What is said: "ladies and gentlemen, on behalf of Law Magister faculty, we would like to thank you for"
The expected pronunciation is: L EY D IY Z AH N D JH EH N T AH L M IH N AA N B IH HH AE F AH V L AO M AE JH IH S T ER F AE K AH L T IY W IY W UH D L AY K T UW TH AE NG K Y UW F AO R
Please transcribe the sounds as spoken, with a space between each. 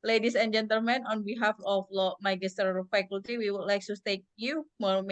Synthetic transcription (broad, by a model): L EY D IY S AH N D JH EH N T AH L M IH N AA N B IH HH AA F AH F L AO M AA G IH S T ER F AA K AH L T IY W IY W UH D L AY K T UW T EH K Y UW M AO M